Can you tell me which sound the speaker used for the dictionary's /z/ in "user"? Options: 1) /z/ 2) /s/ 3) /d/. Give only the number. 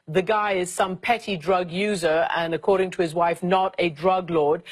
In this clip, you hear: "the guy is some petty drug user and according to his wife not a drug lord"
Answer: 1